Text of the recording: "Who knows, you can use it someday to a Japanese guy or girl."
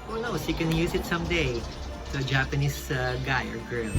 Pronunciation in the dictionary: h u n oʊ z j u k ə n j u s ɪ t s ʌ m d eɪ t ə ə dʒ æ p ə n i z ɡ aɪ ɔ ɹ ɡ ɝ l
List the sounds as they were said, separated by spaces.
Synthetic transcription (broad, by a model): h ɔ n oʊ s j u k ə n j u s ɪ t s ʌ m d eɪ t ə ə dʒ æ p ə n i s ɡ aɪ ɔ ɹ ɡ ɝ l